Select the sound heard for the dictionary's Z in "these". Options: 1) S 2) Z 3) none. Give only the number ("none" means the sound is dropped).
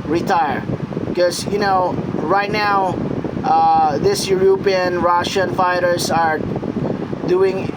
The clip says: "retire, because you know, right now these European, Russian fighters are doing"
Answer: 1